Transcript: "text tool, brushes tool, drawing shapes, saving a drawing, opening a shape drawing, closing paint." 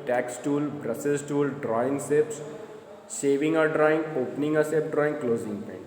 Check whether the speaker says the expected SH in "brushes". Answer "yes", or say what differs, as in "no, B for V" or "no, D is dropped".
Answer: no, S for SH